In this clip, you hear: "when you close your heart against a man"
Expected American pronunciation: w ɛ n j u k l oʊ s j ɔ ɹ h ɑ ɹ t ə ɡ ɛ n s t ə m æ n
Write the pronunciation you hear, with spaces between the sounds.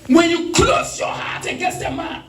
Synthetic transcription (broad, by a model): w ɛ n j u k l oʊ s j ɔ h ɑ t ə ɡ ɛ s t ə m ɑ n